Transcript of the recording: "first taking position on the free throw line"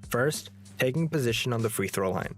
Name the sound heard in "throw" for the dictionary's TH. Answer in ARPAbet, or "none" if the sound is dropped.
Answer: TH